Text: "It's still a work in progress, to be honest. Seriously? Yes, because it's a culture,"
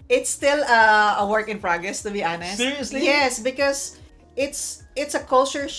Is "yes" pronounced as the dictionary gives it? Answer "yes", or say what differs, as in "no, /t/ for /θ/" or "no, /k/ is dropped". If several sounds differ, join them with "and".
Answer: yes